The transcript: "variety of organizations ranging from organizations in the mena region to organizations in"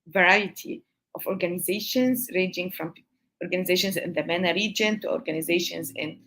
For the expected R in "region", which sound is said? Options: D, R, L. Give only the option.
R